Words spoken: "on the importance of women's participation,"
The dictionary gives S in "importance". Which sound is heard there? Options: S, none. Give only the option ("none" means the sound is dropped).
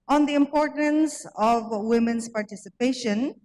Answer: S